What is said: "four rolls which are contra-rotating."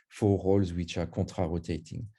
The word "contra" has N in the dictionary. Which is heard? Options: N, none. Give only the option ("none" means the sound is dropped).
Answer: none